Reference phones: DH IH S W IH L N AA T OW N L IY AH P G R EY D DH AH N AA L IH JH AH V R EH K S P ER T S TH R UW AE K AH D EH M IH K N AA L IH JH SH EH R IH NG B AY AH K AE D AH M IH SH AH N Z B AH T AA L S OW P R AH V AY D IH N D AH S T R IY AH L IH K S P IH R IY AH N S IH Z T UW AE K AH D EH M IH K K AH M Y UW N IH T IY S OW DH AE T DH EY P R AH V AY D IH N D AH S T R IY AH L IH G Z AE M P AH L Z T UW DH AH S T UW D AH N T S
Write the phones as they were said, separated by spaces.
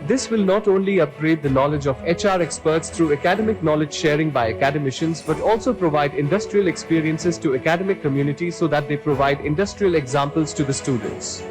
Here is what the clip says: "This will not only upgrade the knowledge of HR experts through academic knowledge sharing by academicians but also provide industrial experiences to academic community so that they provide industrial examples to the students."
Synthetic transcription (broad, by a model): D IH S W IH L N AA T OW N L IY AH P G R EY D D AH N AA L IH JH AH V R EH K S P ER T S T R UW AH K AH D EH M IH K N AA L IH JH SH EH R IH NG B AY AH K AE D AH M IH SH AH N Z B AH T AA L S OW P R AH V AY D IH N D AH S T R IY AH L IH K S P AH R IY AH N S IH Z T UW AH K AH D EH M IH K K AH M Y UW N IH T IY S OW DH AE T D EY P R AH V AY D IH N D AH S T R IY AH L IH G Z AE M P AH L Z T UW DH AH S T UW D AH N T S